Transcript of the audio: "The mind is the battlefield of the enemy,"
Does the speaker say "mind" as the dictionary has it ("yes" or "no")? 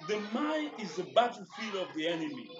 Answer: no